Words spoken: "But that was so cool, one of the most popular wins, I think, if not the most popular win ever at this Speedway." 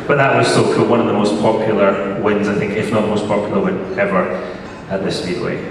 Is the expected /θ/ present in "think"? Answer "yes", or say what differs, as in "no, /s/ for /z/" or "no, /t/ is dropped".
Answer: yes